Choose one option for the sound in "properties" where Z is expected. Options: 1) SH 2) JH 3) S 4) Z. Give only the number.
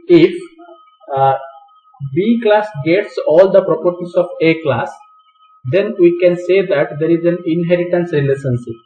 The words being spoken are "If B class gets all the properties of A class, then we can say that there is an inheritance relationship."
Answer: 3